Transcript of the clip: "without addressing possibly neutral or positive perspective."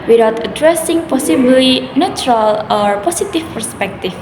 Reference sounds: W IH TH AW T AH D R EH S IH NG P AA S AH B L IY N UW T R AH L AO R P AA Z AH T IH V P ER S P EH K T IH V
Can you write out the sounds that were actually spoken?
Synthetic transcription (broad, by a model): W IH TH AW T AH D R EH S IH NG P AA S AH B L IY N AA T R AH L AO R P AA S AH T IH F P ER S P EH K T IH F